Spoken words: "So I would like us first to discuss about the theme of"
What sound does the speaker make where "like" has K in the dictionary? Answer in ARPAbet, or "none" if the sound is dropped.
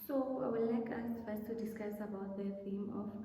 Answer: K